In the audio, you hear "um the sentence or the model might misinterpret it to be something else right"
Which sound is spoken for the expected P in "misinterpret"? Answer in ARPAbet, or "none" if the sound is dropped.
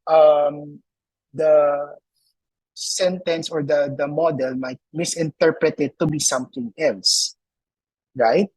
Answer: P